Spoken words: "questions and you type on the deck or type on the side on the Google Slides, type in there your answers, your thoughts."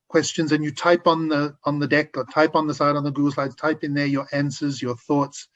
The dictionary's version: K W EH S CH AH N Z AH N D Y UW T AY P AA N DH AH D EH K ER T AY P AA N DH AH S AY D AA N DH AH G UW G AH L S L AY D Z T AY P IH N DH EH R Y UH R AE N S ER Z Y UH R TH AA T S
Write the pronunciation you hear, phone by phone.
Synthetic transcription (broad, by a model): K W EH S CH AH N Z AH N Y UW T AY P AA N DH AH D EH K ER T AY P N DH AH S AY D N DH AH G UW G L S L AY D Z T AY P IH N DH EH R Y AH R AE N S ER Z Y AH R TH AA T S